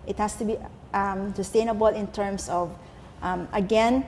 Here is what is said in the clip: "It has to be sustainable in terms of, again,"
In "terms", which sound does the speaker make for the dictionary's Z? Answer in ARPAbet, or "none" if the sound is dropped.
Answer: S